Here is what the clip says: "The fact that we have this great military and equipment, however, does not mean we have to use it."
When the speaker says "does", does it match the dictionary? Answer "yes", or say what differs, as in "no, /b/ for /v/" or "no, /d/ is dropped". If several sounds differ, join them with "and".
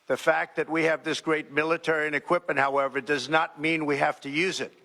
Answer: yes